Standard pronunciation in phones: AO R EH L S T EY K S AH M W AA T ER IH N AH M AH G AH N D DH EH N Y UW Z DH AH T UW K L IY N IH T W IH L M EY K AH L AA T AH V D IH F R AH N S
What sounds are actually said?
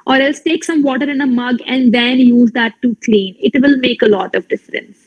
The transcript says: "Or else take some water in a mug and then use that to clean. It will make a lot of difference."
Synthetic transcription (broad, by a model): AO R EH L S T EY K S AH M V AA T ER IH N AH M AH G AH N D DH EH N Y UW Z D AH T UW K L IY N IH T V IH L M EY K AH L AA T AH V D IH F R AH N S